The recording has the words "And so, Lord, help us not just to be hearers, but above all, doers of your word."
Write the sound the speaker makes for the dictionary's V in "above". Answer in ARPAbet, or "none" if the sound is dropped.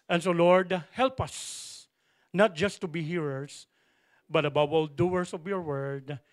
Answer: W